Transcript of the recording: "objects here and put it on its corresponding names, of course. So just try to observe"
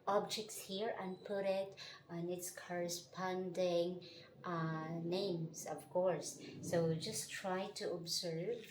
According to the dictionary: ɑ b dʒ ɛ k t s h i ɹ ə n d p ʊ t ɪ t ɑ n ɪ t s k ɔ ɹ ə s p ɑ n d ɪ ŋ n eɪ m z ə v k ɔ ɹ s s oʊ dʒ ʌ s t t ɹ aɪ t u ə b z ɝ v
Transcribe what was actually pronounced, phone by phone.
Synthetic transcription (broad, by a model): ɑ b dʒ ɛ k t s h i ɹ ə n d p ʊ t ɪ t ɑ n ɪ t s k ɔ ɹ ə s p ɑ n d ɪ ŋ n eɪ m s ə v k ɔ ɹ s s oʊ dʒ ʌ s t t ɹ aɪ t u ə b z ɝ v